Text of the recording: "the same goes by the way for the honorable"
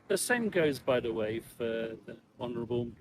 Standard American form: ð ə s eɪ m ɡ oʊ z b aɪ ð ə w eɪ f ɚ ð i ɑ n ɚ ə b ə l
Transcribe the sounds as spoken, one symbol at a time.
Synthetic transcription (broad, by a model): ð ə s eɪ m ɡ oʊ z b aɪ ð ə w eɪ f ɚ ð i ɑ n ɚ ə b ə l